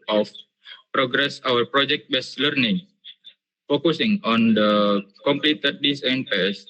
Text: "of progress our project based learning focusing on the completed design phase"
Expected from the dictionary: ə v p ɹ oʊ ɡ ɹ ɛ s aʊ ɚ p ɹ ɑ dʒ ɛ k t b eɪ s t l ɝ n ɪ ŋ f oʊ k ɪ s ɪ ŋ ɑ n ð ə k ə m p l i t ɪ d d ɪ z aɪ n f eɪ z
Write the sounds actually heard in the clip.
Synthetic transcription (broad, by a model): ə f p ɹ oʊ ɡ ɹ ɛ s aʊ ɚ p ɹ ɑ dʒ ɛ k t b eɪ s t l ɝ n ɪ ŋ f oʊ k ɪ s ɪ ŋ ɑ n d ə k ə m p l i t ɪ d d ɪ s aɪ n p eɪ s